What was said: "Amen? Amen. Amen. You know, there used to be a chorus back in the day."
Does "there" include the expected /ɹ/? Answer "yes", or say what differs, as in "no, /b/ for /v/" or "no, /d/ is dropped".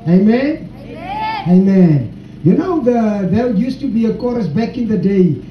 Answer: no, /l/ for /ɹ/